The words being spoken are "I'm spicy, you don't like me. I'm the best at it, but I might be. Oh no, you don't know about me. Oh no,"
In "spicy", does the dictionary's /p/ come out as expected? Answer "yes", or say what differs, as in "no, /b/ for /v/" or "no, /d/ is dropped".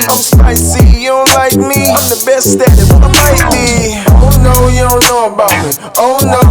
no, /p/ is dropped